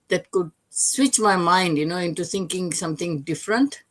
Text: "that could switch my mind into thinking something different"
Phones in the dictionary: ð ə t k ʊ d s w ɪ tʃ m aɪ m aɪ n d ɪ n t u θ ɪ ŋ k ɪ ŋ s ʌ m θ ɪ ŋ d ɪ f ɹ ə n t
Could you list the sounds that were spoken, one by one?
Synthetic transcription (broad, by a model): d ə t k ʊ d s w ɪ tʃ m aɪ m aɪ n d ɪ n t u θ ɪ ŋ k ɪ ŋ s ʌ m t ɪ ŋ d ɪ f ɹ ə n t